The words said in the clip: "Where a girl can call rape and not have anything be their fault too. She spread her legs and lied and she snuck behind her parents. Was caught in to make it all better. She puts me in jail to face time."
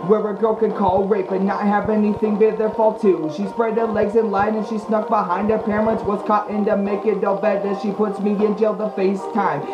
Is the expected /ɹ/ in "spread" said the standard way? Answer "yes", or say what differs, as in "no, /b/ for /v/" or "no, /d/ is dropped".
yes